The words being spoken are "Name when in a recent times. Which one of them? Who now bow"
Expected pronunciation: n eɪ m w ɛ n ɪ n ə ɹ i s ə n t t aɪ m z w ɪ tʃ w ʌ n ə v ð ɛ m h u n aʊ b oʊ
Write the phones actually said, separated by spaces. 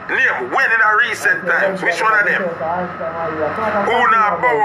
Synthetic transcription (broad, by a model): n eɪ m w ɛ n ɪ n ə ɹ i s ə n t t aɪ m w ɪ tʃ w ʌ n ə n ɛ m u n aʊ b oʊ